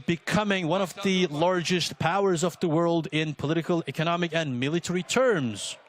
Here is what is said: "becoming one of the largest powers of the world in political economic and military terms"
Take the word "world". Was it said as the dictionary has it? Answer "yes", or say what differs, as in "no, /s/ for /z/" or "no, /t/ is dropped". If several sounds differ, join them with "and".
yes